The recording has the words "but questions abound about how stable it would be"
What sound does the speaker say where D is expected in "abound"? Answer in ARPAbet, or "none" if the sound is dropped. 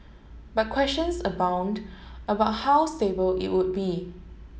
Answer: D